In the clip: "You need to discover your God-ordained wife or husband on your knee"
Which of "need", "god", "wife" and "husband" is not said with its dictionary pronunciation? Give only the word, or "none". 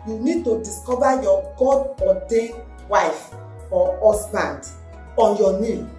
husband